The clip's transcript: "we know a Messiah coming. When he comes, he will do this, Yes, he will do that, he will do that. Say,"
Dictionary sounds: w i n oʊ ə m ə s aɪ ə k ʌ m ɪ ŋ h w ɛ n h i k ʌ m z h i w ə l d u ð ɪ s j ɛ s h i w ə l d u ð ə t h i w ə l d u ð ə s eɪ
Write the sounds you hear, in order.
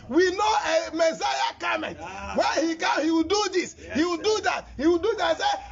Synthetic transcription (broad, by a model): w i n oʊ ə m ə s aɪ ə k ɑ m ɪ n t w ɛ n h i k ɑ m h i w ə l d u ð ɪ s s h i w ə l d u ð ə t h i w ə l d u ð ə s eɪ